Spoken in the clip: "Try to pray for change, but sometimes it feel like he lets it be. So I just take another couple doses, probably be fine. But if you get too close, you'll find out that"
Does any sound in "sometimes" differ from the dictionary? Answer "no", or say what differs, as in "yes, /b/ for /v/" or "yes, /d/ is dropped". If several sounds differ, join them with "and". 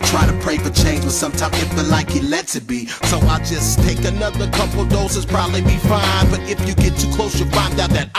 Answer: yes, /z/ is dropped